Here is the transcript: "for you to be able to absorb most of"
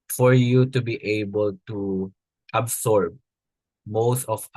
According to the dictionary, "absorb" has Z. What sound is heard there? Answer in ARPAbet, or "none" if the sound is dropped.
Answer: S